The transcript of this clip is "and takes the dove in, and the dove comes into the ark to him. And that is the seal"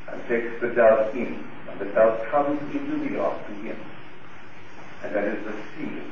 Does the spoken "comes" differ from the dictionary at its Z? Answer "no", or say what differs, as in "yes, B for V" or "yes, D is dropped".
no